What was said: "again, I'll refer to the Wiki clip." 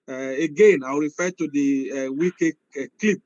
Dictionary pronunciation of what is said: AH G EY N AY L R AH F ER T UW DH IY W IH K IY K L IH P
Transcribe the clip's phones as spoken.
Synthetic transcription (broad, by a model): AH G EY N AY W R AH F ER T UW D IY W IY K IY K L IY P